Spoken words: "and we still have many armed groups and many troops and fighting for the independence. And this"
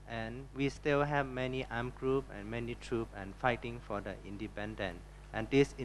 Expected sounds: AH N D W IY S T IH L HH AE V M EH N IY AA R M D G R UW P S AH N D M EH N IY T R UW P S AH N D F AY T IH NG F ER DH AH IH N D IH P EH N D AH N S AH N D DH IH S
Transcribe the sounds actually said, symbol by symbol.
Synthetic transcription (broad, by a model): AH N W IY S T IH L HH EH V M EH N IY AA M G R UW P AH N M EH N IY T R UW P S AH N F AY T IH NG F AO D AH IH N D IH P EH N D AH N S AH N D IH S